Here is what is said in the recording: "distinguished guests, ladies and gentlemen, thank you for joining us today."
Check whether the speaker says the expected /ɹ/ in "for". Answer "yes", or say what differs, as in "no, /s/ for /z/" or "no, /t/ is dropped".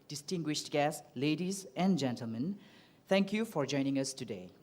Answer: yes